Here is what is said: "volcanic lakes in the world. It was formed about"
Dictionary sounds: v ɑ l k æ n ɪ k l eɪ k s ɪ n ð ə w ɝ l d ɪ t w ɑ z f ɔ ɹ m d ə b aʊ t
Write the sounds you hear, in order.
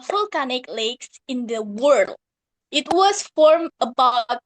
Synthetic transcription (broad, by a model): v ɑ l k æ n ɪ k l eɪ k s ɪ n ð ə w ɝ l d ɪ t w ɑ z f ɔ ɹ m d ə b aʊ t